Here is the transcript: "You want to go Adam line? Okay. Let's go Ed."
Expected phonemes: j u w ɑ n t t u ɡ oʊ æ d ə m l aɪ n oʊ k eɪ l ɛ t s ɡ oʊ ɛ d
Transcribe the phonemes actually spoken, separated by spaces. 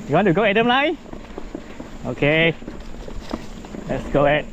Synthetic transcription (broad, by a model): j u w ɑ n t t u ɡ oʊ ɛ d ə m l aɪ oʊ k eɪ l ɛ t s ɡ oʊ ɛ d